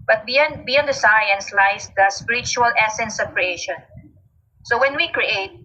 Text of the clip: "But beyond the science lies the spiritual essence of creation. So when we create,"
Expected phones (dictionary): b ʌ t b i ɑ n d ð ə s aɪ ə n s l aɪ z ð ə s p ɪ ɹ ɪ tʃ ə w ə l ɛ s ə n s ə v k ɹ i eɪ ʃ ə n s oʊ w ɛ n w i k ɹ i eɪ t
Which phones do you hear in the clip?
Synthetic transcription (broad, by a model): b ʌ t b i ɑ n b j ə s aɪ ə n s l aɪ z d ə s p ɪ ɹ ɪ tʃ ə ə l ɛ s ə n s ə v k ɹ i eɪ ʃ ə n s oʊ w ɛ n w i k ɹ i eɪ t